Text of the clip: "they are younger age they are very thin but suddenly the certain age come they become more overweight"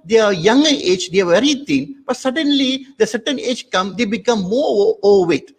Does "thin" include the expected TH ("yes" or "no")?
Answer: no